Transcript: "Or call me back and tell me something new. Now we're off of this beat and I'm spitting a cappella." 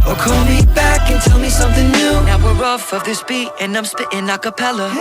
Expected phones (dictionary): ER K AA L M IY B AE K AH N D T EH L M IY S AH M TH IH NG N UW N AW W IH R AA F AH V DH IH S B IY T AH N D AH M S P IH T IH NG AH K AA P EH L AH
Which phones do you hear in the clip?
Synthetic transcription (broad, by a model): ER K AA N M IY B AE K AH N T EH L M IY S AH M TH IH NG N UW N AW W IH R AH F AH V DH IH S B IY T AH N AH M S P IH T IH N AH K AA P EH L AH